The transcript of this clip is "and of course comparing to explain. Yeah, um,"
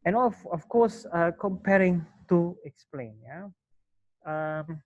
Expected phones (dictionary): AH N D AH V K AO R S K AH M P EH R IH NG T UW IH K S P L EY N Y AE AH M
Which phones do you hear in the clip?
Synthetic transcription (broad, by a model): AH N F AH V K AO S K AH M P EH R IH NG T UW IH K S P L EY N Y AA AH M